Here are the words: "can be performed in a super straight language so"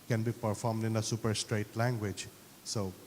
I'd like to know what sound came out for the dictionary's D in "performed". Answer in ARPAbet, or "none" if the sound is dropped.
D